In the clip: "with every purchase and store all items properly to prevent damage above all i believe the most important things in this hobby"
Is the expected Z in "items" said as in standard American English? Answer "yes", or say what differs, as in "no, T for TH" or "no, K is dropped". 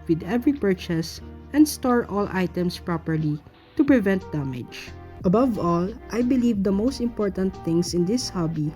no, S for Z